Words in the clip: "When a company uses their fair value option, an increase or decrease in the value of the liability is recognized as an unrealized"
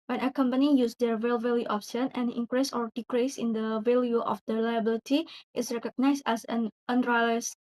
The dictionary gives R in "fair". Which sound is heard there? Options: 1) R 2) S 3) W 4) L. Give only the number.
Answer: 4